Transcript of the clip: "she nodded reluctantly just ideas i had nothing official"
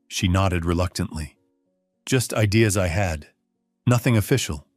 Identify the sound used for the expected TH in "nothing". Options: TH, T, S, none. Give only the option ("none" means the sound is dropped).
TH